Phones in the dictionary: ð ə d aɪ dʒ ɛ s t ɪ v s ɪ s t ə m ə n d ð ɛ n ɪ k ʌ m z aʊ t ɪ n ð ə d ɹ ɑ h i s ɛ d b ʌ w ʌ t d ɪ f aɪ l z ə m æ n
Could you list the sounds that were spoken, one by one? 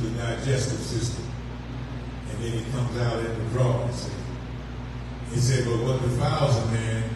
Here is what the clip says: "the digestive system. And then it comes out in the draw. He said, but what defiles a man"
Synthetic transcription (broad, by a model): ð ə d aɪ dʒ ɛ s t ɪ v s ɪ s t ə m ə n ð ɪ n ɪ k ʌ m z aʊ t ɪ n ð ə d ɹ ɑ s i s ɛ d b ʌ w ʌ t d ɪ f aɪ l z ə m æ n